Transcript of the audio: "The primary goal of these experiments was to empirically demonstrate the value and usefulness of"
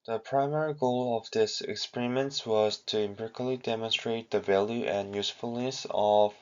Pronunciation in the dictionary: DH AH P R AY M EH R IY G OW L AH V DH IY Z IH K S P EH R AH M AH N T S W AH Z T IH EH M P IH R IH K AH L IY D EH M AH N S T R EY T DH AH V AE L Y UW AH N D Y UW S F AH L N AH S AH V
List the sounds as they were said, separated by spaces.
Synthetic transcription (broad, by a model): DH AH P R AY M EH R IY G OW L AH V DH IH S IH K S P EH R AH M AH N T S W AH Z T IH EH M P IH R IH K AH L IY D EH M AH N S T R EY T DH AH V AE L Y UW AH N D Y UW S F AH L N AH S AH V